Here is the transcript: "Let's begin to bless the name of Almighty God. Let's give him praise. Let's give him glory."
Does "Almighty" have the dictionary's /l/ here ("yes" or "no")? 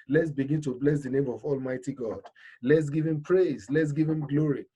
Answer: yes